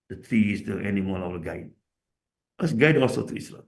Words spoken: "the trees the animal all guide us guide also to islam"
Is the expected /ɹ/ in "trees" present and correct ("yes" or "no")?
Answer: no